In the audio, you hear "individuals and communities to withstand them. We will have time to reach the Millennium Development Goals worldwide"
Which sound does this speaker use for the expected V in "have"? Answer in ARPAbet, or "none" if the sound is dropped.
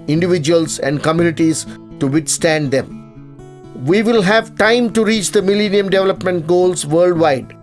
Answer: V